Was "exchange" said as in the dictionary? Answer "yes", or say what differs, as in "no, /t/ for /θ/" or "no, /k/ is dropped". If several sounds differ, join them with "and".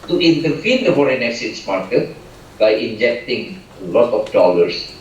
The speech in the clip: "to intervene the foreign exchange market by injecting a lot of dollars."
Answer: no, /tʃ/ is dropped